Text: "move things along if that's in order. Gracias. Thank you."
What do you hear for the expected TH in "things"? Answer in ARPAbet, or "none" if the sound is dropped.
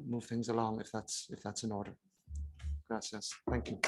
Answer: TH